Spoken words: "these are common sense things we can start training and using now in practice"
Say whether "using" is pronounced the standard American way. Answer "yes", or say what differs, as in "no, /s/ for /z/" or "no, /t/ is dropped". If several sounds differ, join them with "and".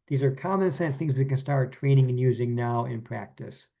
yes